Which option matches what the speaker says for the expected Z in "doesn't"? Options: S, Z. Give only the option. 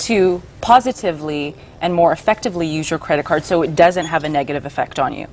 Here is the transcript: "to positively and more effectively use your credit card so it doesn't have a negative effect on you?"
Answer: Z